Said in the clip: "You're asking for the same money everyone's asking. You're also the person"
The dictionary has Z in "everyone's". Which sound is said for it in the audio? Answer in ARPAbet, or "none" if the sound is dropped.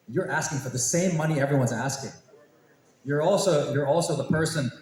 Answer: Z